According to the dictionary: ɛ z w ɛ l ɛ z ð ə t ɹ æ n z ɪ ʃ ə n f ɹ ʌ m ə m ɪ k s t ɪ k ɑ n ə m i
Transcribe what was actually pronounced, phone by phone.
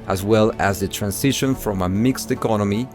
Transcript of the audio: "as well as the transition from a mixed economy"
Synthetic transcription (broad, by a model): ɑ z w ɛ l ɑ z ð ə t ɹ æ n s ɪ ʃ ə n f ɹ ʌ m ə m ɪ k s t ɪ k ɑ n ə m i